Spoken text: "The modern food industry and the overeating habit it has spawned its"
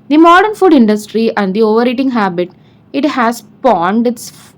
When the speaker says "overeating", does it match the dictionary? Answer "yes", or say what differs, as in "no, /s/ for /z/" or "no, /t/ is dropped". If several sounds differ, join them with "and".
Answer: yes